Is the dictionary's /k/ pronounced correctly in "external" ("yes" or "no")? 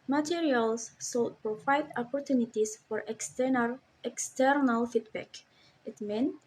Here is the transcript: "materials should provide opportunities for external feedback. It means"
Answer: yes